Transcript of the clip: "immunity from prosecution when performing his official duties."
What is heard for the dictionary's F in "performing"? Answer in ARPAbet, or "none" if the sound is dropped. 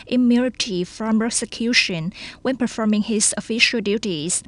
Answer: F